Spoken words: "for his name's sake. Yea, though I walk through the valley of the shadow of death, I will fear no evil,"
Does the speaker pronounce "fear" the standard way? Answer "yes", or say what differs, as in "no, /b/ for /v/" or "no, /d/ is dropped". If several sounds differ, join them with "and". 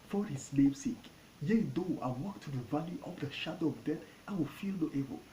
no, /l/ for /ɹ/